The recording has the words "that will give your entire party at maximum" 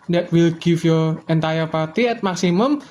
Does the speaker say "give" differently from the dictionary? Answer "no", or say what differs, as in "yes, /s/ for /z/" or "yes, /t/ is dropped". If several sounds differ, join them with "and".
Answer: yes, /f/ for /v/